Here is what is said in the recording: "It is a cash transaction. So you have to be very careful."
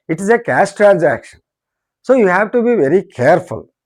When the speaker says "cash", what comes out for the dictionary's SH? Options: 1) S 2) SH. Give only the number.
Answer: 1